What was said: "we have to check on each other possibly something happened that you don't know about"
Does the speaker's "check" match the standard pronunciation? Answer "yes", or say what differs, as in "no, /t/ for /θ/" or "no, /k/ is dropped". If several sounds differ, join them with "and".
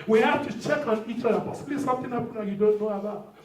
yes